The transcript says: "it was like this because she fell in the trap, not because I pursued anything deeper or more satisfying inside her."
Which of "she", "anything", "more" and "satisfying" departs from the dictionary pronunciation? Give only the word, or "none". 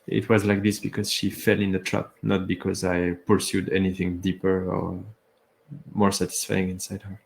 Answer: none